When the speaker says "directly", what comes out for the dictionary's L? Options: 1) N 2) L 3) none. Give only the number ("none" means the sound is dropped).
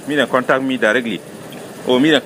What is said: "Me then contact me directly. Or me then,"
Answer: 2